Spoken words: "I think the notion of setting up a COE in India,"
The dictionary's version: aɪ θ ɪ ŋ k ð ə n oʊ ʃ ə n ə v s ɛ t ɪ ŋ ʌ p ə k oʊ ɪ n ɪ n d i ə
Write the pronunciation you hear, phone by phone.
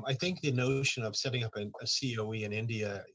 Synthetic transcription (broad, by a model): aɪ θ ɪ ŋ k ð ə n oʊ ʃ ə n ə v s ɛ t ɪ ŋ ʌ p ə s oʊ ɪ n ɪ n d i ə